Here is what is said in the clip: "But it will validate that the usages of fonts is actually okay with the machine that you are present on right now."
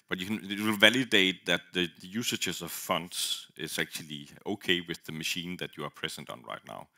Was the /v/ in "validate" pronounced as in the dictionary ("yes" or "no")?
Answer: yes